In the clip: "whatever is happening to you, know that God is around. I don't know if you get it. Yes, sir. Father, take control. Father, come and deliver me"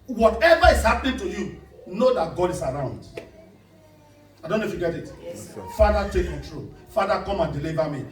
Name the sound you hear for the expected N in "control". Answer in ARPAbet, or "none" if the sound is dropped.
none